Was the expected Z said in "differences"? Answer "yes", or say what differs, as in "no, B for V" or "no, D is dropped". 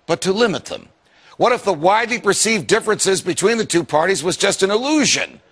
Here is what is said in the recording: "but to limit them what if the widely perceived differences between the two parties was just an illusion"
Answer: yes